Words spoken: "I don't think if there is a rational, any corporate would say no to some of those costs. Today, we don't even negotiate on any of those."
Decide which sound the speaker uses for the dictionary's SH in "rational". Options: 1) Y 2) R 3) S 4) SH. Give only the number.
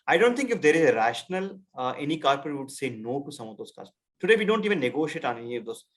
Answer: 4